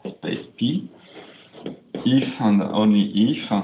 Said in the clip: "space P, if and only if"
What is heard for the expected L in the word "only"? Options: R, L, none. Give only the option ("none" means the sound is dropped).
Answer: none